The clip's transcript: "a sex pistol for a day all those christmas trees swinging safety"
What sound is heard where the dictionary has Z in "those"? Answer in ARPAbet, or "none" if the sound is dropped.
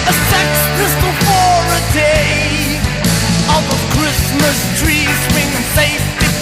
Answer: none